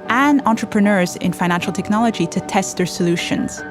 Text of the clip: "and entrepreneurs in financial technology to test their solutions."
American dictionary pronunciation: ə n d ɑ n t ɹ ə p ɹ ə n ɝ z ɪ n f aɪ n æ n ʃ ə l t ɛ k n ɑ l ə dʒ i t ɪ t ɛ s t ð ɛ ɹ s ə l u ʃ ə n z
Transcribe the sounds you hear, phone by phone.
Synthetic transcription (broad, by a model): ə n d ɑ n t ɹ ə p ɹ ə n ɝ z ɪ n f aɪ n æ n ʃ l t ɛ k n ɑ l ə dʒ i t ɪ t ɛ s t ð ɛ ɹ s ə l u ʃ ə n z